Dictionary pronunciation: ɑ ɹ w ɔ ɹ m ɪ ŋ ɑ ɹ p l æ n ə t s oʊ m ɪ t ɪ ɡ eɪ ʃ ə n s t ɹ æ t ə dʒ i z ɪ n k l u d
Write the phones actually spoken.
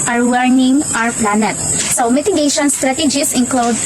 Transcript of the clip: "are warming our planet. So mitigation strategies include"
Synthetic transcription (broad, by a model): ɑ ɹ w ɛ ɹ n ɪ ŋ ɑ ɹ p l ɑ n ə t s oʊ m ɪ t ɪ ɡ eɪ ʃ ə n s t ɹ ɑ t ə dʒ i s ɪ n k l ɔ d